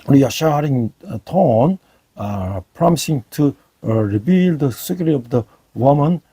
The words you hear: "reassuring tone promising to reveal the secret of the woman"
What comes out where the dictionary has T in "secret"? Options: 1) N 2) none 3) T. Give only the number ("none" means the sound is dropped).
2